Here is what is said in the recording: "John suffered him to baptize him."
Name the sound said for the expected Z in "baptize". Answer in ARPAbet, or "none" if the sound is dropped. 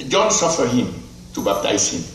S